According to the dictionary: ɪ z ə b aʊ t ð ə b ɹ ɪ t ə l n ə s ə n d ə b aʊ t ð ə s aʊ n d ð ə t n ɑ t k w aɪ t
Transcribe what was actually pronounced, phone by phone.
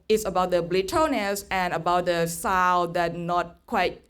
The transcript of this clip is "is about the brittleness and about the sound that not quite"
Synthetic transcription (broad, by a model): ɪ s ə b aʊ t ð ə b l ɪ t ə n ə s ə n ə b aʊ t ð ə s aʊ l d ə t n ɑ t k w aɪ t